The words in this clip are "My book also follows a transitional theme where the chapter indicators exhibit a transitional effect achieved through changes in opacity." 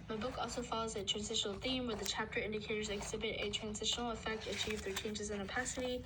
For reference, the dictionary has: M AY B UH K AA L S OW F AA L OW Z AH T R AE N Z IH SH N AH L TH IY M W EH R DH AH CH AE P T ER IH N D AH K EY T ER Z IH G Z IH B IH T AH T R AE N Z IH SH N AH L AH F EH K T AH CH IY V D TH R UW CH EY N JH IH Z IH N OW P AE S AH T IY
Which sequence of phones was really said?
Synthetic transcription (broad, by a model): M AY B UH K AA L S OW F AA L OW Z AH T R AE N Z IH SH N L TH IY M W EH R DH AH CH AE P T ER IH N D AH K EY T ER Z IH G Z IH B IH T AH T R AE N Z IH SH N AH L AH F EH K T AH CH IY V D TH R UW CH EY N JH IH Z IH N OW P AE S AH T IY